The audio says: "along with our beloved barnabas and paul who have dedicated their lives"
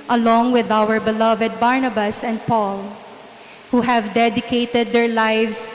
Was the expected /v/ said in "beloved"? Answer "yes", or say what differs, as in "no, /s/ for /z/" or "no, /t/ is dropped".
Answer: yes